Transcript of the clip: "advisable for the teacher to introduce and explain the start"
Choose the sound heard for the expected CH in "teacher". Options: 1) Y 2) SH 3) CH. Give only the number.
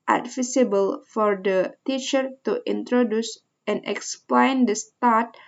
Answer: 3